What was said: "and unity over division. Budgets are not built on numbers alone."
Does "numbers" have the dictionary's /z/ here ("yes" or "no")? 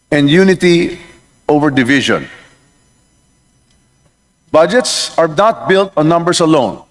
no